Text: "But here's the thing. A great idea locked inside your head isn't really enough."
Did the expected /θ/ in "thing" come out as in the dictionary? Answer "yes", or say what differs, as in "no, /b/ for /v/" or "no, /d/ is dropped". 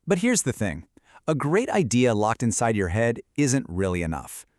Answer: yes